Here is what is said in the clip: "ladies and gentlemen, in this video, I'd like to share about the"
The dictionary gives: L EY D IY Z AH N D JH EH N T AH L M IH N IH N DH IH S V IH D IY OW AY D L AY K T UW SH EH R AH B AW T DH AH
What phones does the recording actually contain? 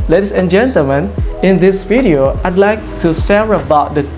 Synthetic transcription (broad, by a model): L EY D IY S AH N JH EH N T AH L M IH N IH N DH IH S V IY D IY OW AY D L AY K T UW S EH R AH B AW T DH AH